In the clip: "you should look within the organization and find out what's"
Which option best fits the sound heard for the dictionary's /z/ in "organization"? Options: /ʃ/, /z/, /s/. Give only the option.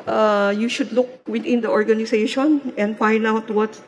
/s/